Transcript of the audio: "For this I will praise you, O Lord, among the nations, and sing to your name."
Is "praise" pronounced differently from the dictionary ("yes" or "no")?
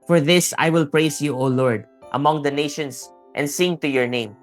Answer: yes